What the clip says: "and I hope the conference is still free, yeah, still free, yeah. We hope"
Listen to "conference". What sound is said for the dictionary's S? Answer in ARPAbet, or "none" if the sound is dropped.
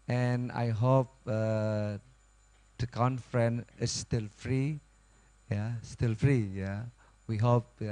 none